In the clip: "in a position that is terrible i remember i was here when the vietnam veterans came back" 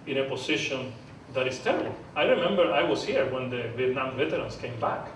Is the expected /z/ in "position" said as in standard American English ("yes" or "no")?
no